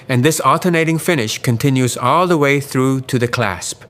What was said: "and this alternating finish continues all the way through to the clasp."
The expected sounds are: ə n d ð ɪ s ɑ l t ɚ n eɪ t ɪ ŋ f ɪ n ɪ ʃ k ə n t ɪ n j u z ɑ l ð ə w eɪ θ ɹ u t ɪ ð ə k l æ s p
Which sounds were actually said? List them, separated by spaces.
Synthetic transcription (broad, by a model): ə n ð ɪ s ɑ l t ɚ n eɪ t ɪ ŋ f ɪ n ɪ ʃ k ə n t ɪ n j u z ɑ l ð ə w eɪ θ ɹ u t ɪ ð ə k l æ s p